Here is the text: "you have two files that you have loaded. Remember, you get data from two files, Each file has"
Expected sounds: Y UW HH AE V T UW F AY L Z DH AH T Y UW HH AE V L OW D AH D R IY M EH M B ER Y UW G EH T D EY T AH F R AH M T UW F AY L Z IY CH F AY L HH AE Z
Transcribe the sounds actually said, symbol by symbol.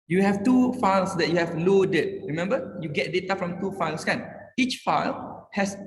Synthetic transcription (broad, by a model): Y UW HH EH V T UW F AY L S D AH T Y UW HH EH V L OW D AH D R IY M EH M B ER Y UW G EH T D EY T AH F R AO M T UW F AY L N IY CH F AY L HH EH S